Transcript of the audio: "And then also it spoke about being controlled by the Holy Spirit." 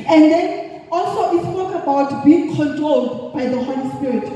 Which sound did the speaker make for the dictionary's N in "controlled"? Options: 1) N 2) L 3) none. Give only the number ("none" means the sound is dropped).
1